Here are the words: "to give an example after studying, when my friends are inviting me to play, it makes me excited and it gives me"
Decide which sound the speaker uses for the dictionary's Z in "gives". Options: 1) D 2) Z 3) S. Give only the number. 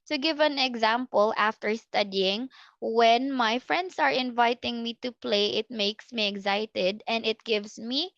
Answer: 3